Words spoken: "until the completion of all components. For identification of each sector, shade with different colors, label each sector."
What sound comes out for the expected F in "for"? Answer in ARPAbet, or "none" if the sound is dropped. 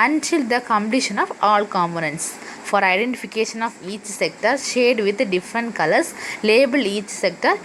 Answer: F